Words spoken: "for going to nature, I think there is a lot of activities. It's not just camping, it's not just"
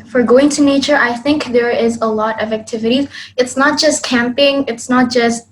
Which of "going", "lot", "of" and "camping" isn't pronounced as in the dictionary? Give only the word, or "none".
none